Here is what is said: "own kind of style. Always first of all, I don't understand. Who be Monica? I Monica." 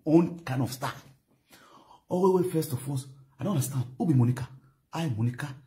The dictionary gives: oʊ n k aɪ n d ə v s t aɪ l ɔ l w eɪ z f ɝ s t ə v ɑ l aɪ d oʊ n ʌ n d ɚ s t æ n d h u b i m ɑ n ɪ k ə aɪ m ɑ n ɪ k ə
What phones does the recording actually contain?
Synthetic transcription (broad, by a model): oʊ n k aɪ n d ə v s t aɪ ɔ w w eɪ f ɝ s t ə f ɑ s aɪ d oʊ n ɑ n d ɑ s t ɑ n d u b i m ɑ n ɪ k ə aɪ m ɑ n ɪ k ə